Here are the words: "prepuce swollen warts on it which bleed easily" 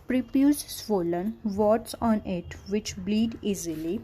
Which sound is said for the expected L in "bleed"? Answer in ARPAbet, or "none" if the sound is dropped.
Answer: L